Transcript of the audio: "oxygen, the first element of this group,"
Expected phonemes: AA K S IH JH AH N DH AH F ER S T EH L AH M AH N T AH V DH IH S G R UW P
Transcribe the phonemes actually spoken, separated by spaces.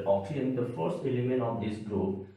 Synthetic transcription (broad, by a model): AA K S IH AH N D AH F ER S T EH L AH M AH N AH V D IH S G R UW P